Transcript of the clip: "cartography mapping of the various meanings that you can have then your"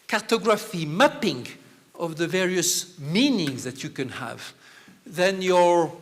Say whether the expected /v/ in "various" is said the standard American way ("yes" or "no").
yes